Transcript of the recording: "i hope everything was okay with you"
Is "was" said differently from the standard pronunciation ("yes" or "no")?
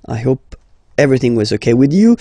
no